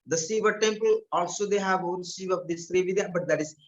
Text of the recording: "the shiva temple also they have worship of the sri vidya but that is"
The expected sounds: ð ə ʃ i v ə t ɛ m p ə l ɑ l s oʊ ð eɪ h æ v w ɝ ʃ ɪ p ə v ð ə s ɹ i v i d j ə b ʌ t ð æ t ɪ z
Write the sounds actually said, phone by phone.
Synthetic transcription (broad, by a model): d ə s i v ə t ɛ m p ə l ɑ l s oʊ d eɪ h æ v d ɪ s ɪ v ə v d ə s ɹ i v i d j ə b ʌ t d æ t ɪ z